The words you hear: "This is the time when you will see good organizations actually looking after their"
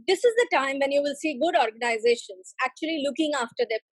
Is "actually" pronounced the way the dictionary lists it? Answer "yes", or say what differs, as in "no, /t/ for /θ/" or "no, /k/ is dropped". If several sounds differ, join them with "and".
yes